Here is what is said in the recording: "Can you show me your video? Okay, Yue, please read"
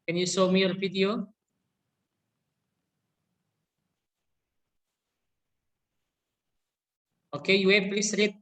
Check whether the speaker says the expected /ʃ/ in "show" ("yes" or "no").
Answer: no